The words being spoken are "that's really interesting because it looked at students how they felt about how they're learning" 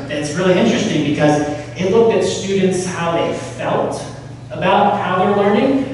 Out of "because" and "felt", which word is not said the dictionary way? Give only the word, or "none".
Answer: none